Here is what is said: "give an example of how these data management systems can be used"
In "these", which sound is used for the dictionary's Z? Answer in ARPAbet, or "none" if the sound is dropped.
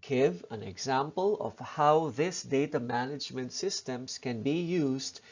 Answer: S